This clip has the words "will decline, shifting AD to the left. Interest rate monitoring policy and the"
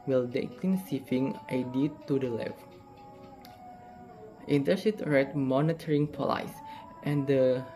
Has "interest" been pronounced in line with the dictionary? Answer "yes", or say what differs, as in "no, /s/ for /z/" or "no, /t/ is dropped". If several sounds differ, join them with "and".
no, /ɹ/ is dropped